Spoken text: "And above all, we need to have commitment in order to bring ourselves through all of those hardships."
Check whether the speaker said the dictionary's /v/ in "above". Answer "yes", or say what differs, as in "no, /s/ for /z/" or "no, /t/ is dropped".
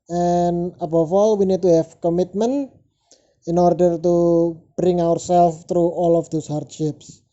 no, /f/ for /v/